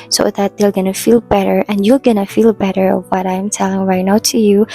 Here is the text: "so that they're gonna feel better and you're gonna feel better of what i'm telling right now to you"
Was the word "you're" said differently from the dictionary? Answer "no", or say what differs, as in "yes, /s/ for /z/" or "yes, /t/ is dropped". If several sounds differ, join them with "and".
yes, /l/ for /ɹ/